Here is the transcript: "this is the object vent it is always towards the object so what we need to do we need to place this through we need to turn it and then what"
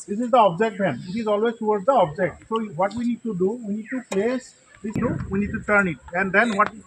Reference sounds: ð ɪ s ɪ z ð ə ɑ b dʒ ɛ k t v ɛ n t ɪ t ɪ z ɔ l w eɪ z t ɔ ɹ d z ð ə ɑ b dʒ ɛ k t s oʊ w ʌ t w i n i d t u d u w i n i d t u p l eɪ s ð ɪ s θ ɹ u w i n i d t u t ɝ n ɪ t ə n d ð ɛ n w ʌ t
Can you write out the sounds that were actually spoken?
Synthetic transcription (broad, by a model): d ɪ s ɪ z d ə ɑ b dʒ ɛ k t b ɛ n ɪ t ɪ z ɔ l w eɪ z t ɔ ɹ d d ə ɑ b dʒ ɛ k t s oʊ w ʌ t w i n i d t u d u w i n i d t u p l eɪ s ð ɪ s t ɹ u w i n i d t u t ɝ n ɪ t ə n d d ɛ n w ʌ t